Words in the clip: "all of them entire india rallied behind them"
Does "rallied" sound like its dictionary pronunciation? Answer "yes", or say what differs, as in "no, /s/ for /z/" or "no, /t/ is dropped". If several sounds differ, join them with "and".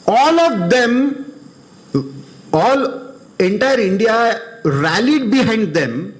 yes